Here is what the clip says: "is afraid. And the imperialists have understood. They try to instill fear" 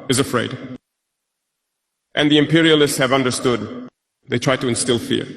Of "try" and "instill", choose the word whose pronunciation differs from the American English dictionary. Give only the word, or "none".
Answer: none